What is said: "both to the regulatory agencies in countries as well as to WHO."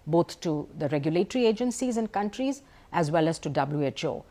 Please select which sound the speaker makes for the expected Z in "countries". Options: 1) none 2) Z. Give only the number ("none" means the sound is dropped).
2